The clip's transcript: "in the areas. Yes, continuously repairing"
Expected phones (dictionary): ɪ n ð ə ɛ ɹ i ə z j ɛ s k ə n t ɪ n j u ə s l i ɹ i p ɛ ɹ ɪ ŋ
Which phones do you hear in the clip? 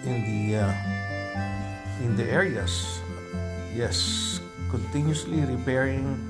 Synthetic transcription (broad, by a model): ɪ n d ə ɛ ɹ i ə s j ɛ s k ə n t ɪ n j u s l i ɹ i p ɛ ɹ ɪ ŋ